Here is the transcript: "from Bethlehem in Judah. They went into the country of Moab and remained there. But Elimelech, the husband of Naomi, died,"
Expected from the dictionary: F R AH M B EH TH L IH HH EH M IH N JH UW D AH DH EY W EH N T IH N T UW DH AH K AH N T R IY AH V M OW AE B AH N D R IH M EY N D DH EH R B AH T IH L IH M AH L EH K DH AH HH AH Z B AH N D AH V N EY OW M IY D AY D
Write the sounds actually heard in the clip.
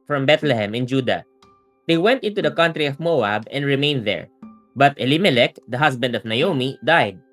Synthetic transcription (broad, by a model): F R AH M B EH T L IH HH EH M IH N JH UW D AH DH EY W EH N T IH N T UW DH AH K AH N T R IY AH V M OW AE B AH N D R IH M EY N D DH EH R B AH T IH L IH M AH L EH K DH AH HH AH S B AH N D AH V N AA OW M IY D AY D